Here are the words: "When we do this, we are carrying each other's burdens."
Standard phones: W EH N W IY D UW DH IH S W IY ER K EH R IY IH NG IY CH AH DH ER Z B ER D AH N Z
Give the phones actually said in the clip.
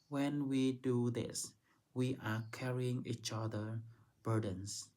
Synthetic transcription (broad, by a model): W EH N W IY D UW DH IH S W IY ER K EH R IY IH NG IY CH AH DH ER B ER D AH N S